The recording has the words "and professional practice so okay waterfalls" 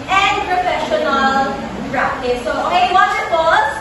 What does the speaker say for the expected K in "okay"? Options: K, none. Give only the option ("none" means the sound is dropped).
none